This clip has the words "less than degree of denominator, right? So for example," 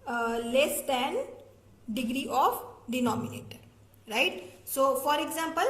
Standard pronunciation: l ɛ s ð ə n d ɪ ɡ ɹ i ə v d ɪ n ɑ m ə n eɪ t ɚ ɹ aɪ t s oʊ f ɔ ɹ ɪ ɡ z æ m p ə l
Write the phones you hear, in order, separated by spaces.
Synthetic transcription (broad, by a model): l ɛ s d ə n d ɪ ɡ ɹ i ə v d ɪ n ɑ m ə n eɪ t ɚ ɹ aɪ t s oʊ f ɔ ɹ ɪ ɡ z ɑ m p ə l